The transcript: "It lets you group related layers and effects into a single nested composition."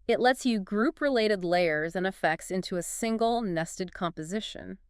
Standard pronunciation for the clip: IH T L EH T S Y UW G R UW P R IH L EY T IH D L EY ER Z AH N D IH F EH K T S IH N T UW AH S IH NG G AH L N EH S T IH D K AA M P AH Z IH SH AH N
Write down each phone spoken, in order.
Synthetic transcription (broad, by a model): IH T L EH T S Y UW G R UW P R IH L EY T IH D L EY ER Z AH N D IH F EH K T S IH N T UW AH S IH NG G L N EH S T IH D K AA M P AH Z IH SH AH N